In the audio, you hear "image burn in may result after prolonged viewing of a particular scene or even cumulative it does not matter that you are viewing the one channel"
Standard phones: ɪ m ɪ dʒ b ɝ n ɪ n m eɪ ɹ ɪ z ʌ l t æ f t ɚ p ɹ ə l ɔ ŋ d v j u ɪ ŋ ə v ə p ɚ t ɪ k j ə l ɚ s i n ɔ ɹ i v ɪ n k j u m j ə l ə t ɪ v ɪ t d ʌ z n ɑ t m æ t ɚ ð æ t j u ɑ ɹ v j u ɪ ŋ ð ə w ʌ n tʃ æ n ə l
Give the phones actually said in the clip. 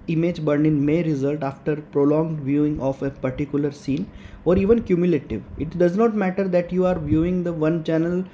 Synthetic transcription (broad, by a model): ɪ m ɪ dʒ b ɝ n ɪ n m eɪ ɹ ɪ z ʌ l t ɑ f t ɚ p ɹ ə l ɔ ŋ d v j u ɪ ŋ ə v ə p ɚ t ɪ k j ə l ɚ s i n ɔ ɹ i v ɪ n k j u m j ə l ə t ɪ v ɪ t d ʌ z n ɑ t m æ t ɚ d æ t j u ɑ ɹ v j u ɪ ŋ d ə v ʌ n tʃ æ n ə l